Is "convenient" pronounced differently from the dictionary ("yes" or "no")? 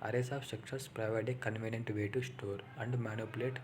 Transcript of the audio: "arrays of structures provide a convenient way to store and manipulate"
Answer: no